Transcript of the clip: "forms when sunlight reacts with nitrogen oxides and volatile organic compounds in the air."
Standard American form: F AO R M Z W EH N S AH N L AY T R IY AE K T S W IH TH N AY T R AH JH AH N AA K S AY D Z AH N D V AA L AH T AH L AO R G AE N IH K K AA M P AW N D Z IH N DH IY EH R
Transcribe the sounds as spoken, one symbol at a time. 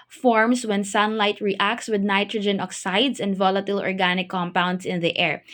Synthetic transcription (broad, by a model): F AO R M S W EH N S AH N L AY T R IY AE K T S W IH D N AY T R AH JH AH N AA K S AY D S AH N D V AA L AH T AH L AO R G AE N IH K K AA M P AW N D S IH N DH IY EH R